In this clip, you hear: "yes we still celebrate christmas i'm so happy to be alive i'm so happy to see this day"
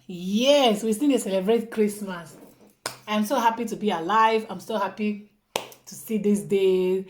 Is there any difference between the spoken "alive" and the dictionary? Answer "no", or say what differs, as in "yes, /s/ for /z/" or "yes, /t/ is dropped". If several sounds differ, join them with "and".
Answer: no